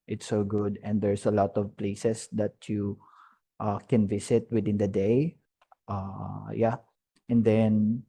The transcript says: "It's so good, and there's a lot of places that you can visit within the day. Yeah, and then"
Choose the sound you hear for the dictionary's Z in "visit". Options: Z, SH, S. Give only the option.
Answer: S